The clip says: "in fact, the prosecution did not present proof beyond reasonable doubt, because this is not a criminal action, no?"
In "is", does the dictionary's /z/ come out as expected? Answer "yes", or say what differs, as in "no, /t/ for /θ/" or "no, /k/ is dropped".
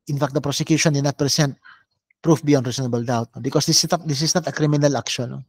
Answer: no, /s/ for /z/